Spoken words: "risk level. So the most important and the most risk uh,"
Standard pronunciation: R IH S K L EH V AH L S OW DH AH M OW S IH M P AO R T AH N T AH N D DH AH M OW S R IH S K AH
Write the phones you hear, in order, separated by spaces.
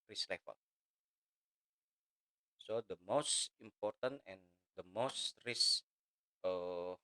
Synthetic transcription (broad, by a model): R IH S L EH F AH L S OW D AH M OW S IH M P AO R T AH N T AH N D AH M OW S R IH S AH